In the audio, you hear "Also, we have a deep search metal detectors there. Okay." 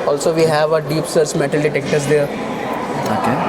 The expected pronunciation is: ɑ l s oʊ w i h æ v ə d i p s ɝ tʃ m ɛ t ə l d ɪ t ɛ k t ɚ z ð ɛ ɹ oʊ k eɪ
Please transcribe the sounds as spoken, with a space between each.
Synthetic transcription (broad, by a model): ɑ l s oʊ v i h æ v ə d i p s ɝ s m ɛ t ə l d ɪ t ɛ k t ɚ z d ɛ ɹ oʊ k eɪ